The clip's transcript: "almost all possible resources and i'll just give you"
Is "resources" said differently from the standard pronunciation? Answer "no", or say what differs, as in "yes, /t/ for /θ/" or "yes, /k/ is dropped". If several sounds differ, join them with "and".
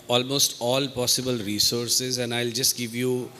no